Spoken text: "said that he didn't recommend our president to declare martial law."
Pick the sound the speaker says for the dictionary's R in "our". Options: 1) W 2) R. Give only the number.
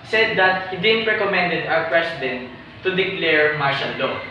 1